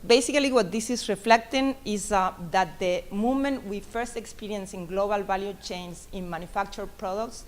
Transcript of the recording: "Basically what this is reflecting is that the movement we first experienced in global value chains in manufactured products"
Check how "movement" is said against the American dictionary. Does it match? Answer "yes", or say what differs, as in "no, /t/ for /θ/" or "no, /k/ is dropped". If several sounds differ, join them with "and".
no, /v/ is dropped